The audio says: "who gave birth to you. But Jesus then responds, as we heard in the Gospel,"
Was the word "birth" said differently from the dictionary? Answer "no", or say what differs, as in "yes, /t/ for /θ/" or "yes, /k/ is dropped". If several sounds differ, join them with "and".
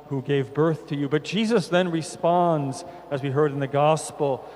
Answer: no